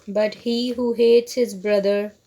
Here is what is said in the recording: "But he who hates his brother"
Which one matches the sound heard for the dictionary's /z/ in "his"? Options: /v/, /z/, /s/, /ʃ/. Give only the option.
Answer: /z/